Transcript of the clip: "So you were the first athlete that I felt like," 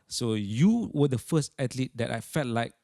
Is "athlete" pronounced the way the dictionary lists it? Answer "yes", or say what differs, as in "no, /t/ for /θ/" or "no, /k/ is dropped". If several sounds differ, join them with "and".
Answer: no, /t/ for /θ/